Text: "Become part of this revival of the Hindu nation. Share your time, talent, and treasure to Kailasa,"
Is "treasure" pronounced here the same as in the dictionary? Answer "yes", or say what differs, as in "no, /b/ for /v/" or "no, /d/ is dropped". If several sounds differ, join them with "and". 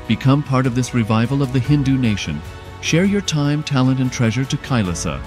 yes